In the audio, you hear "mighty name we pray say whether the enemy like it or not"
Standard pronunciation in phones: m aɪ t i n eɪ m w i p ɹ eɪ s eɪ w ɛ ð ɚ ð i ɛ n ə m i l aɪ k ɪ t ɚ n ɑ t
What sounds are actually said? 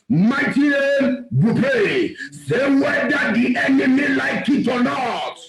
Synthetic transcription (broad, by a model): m aɪ t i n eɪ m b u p eɪ s eɪ w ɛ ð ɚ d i ɛ n ə m i l aɪ k ɪ t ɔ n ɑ t